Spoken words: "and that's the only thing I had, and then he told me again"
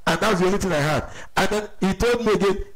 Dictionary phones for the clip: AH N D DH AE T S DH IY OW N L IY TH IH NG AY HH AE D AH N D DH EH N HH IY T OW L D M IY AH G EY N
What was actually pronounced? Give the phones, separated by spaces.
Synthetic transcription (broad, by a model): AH N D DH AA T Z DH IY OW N IY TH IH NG AY HH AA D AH N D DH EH N HH IY T OW L D M IY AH G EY N